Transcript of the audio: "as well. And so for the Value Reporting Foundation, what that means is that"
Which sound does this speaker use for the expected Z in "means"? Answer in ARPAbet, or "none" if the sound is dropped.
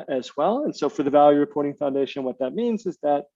Z